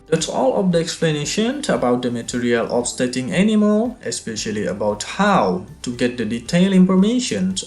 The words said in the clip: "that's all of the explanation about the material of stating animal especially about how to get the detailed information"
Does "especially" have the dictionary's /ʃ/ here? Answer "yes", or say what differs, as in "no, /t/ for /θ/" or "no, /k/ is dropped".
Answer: yes